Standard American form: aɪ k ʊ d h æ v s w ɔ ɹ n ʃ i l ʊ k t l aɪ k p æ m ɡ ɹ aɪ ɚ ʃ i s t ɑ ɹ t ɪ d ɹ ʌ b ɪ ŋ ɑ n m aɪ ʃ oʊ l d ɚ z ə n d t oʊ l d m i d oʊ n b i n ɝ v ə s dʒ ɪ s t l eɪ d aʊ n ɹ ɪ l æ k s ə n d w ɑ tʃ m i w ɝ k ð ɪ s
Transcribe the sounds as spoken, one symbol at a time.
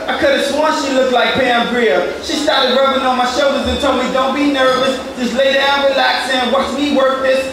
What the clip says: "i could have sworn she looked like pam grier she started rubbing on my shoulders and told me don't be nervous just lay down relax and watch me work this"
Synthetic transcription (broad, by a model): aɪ k ʊ d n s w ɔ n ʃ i l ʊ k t l aɪ k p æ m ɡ ɹ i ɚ ʃ i s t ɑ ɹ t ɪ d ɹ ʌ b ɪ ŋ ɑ n m aɪ ʃ oʊ l d ɚ z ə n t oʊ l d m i d oʊ n b i n ɝ v ə s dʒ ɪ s l eɪ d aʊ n ɹ ɪ l æ k s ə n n w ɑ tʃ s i w ɝ k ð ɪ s